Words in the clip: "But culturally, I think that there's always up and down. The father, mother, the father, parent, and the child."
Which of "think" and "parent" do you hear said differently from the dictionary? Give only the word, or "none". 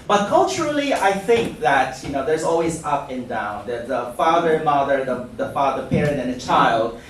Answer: none